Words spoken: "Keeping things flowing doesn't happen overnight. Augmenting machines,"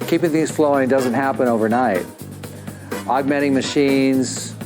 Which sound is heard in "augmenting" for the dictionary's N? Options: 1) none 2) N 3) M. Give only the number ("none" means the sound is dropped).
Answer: 1